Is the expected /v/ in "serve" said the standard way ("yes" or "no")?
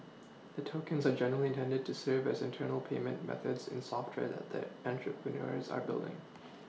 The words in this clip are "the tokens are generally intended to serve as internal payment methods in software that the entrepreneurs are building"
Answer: yes